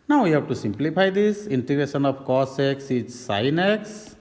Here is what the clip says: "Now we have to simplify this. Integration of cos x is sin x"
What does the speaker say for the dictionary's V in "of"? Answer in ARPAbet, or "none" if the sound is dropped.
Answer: P